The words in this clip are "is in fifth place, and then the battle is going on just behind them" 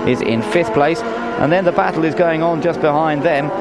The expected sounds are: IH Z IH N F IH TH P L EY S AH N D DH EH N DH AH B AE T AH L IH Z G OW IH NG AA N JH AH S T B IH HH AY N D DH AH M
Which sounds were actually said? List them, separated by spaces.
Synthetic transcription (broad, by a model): IH Z IH N F IH TH P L EY S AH N DH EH N DH AH B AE T L IH Z G OW IH NG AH N JH AH S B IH HH AY N DH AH M